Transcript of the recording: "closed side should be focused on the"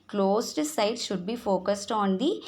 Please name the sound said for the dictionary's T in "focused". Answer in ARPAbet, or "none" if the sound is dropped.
T